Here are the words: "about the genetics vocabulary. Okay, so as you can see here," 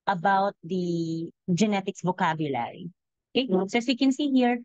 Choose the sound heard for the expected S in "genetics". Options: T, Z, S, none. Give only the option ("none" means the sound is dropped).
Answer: S